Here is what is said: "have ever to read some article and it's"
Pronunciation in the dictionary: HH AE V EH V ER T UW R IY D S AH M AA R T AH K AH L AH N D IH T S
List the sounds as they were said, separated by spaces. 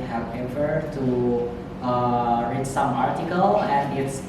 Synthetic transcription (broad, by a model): HH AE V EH P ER T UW R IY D S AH M AA R T AH K AH L AH N D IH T S